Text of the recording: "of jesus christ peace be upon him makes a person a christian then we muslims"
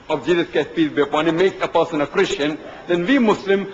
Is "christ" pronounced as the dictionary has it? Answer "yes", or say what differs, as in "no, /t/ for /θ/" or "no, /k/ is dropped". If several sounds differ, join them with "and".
no, /ɹ/ is dropped